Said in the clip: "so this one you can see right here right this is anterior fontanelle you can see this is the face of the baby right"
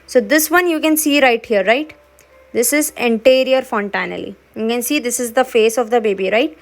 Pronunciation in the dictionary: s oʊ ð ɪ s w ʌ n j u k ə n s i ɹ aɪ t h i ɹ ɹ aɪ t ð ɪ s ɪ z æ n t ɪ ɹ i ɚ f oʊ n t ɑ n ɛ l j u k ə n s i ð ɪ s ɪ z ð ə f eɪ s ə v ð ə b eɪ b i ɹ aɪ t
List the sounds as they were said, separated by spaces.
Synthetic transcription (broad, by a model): s oʊ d ɪ s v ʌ n j u k ə n s i ɹ aɪ t h i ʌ ɹ aɪ t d ɪ s ɪ z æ n t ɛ ɹ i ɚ f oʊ n t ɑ n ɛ l j u k ə n s i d ɪ s ɪ z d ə f eɪ s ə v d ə b eɪ b i ɹ aɪ t